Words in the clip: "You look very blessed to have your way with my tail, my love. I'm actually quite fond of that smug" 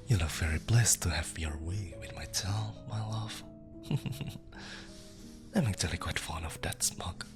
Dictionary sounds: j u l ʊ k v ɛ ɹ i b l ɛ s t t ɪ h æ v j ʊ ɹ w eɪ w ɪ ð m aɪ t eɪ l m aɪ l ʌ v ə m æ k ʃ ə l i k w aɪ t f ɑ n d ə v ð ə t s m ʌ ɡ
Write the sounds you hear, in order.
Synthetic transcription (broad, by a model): j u n ʊ v ɛ ɹ i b l ɛ s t t ɪ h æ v j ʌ ɹ w eɪ w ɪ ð m aɪ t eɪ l m aɪ l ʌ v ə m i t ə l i k w aɪ t f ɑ n ə v ð ə t s m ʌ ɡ